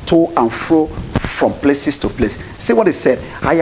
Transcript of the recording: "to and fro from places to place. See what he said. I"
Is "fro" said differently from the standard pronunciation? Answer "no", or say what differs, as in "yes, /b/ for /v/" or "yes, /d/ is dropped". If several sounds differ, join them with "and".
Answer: no